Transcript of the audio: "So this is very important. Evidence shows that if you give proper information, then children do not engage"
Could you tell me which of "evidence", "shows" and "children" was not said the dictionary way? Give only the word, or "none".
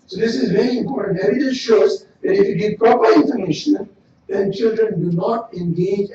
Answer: evidence